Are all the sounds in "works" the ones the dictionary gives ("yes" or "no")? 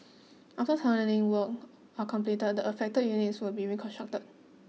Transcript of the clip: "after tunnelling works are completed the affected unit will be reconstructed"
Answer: no